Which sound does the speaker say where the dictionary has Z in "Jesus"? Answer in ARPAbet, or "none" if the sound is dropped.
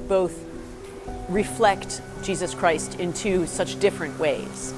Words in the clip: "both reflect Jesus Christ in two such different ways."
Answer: Z